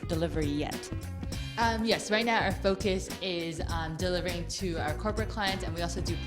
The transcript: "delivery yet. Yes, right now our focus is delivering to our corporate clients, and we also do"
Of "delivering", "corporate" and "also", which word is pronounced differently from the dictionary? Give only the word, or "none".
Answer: none